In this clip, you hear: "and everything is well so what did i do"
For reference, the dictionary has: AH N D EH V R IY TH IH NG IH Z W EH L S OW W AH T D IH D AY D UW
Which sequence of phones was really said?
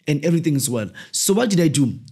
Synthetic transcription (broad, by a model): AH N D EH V R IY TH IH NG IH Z W EH L S OW W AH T D IH D AY D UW